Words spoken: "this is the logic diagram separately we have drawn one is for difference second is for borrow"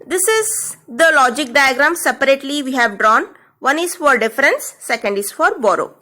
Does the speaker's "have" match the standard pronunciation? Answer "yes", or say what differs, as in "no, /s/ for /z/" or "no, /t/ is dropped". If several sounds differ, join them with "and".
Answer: yes